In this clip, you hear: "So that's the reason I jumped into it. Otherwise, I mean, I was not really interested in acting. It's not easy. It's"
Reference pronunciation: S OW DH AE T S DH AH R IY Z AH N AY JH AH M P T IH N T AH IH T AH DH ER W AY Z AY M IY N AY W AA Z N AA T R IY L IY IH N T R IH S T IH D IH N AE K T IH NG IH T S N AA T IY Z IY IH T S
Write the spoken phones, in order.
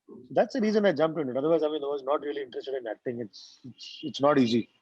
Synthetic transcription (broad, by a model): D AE T S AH R IY Z AH N AY JH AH M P IH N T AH IH T AH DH ER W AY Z AY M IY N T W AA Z N AA T R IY L IY IH N T R IH S T IH D IH N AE K T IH NG IH T S N AA T IY Z IY